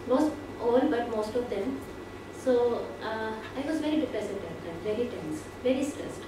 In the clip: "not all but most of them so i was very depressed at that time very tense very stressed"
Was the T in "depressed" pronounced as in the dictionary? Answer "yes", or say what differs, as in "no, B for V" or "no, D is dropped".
no, T is dropped